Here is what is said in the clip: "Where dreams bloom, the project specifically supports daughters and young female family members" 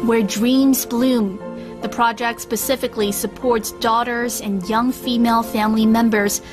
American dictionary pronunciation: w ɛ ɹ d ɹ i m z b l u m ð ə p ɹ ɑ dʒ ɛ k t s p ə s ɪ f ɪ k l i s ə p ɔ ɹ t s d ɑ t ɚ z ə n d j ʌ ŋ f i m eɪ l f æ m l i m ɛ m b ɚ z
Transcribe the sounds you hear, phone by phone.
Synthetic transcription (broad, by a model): w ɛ ɹ d ɹ i m z b l u m ð ə p ɹ ɑ dʒ ɛ k t s p ə s ɪ f ɪ k l i s ə p ɔ ɹ t s d ɑ t ɚ z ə n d j ʌ ŋ f i m eɪ l f æ m l i m ɛ m b ɚ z